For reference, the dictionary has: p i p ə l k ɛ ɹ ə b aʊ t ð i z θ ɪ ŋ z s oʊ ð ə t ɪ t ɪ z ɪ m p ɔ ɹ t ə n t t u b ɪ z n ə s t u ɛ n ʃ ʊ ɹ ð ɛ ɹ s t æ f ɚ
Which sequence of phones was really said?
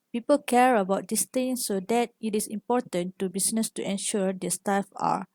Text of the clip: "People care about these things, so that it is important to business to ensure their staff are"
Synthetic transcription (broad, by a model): p i p ə l k ɛ ɹ ə b aʊ t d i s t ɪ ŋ s oʊ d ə t ɪ t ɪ s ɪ m p ɔ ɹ t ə n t t u b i s n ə s t u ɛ n ʃ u ɹ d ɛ s t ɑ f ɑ